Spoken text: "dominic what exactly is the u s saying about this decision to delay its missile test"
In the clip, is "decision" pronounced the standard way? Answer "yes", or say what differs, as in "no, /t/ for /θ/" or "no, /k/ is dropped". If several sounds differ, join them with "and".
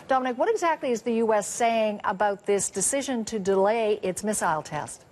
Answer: yes